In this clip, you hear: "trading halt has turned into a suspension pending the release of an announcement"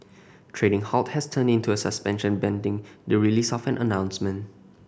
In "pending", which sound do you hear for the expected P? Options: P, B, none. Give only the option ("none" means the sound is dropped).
B